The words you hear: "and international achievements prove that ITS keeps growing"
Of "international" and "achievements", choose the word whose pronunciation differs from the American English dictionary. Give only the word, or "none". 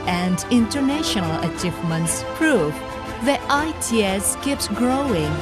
none